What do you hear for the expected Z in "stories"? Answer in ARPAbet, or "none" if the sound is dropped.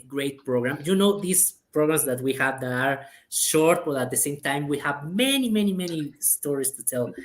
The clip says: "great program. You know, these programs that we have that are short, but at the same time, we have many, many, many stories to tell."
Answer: S